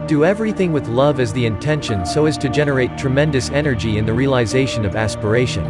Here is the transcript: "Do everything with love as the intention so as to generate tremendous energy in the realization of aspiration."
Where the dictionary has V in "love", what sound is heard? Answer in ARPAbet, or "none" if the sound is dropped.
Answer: V